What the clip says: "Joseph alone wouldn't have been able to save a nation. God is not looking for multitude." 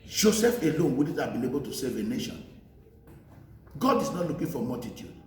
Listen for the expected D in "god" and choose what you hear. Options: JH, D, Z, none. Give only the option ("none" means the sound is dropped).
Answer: D